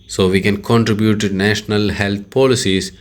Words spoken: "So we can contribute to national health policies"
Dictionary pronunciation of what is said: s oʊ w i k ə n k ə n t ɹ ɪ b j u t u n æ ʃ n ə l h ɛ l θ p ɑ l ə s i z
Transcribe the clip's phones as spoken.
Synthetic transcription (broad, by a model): s oʊ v i k ə n k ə n t ɹ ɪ b j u t u n æ ʃ n ə l h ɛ l t p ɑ l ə s i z